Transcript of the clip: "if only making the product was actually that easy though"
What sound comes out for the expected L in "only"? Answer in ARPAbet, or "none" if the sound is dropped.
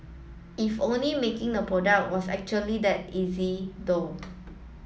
L